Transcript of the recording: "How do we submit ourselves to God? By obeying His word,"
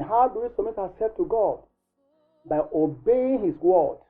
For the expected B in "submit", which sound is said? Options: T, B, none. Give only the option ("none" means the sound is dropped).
none